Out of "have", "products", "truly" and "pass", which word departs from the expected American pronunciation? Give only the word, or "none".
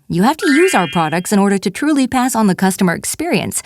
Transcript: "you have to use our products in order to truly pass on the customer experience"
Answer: have